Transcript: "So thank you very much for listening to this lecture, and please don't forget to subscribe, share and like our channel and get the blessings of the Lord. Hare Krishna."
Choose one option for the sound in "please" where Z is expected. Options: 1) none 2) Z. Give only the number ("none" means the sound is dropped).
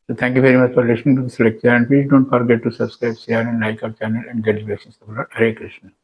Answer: 1